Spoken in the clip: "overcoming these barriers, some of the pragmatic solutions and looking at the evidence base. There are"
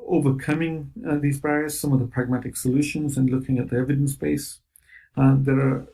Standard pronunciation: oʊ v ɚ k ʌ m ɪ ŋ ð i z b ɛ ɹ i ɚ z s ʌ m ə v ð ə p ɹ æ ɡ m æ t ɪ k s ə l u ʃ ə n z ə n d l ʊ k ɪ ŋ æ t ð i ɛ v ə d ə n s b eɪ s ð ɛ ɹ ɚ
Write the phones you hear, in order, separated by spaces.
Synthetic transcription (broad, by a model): oʊ v ɚ k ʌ m ɪ ŋ ð i z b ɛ ɹ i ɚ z s ʌ m ə v ð ə p ɹ æ ɡ m æ t ɪ k s ə l u ʃ ə n z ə n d l ʊ k ɪ ŋ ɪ t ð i ɛ v ə d ə n s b eɪ s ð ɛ ɹ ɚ